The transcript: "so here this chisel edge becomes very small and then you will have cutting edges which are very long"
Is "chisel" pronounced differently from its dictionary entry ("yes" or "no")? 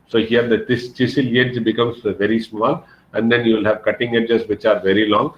yes